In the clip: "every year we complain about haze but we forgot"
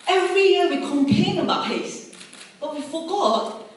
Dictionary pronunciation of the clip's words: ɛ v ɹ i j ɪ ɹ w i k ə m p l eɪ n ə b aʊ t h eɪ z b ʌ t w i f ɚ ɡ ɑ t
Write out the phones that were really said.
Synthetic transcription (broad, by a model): ɛ v ɹ i j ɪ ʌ w i k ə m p eɪ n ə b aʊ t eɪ s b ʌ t w i f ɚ ɡ ɑ t